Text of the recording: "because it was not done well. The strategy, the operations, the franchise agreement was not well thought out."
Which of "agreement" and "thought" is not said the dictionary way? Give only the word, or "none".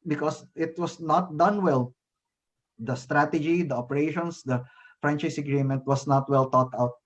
thought